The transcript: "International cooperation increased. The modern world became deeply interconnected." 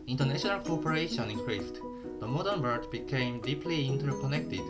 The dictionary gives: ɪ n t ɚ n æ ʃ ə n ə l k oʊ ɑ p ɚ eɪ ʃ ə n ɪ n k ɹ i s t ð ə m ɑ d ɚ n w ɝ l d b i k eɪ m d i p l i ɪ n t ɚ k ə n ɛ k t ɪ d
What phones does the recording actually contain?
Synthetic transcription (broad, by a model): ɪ n t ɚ n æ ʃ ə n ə l k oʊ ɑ p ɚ eɪ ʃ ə n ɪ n k ɹ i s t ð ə m ɑ d ɚ n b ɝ d b i k eɪ m d i p l i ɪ n t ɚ k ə n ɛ k t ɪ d